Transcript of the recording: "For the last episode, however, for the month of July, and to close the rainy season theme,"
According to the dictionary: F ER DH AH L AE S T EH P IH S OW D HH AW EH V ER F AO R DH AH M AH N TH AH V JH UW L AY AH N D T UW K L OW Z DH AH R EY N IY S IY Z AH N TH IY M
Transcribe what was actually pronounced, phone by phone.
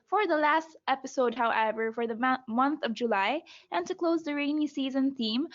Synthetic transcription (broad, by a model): F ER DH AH L AE S T EH P IH S OW D HH AW EH V ER F AO R DH AH M AH N TH AH V JH UW L AY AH N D T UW K L OW Z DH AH R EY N IY S IY Z AH N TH IY M